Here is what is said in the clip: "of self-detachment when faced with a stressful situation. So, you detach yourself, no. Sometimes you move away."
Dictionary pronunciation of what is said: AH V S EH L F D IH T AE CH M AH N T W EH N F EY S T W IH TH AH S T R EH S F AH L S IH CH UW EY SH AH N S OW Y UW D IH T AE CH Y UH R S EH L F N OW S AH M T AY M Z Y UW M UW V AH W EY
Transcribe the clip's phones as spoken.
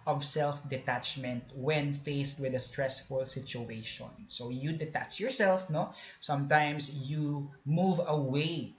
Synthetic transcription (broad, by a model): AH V S EH L F D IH T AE CH M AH N T W EH N F EY S T W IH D AH S T R EH S F AH L S IH CH UW EY SH AH N S OW Y UW D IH T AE CH Y UH R S EH L F N OW S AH M T AY M S Y UW M UW V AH W EY